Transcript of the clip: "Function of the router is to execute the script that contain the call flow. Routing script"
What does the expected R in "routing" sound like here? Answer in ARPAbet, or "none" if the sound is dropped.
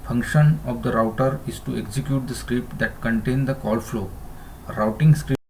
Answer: R